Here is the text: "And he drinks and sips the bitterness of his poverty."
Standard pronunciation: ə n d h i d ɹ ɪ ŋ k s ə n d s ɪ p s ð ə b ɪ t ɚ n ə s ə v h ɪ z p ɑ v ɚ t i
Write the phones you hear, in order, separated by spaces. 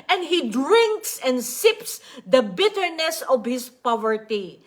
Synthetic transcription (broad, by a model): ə n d h i d ɹ ɪ ŋ k s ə n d s ɪ p s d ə b ɪ t ɚ n ə s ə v h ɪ s p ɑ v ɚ t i